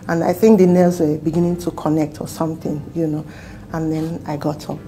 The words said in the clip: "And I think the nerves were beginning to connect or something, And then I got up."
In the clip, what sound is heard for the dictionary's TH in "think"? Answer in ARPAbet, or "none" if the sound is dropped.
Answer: TH